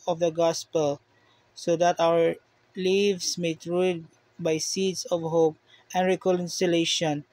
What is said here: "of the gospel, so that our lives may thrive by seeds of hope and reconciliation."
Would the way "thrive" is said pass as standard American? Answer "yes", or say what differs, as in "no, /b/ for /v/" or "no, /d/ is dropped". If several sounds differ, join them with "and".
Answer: no, /t/ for /θ/